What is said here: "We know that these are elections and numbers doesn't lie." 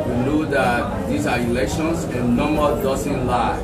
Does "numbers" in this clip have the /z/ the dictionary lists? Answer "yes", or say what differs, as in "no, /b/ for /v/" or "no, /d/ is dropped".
no, /z/ is dropped